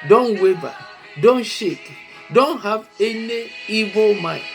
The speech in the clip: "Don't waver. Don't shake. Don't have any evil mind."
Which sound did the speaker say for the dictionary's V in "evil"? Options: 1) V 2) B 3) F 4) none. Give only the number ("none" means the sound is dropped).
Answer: 1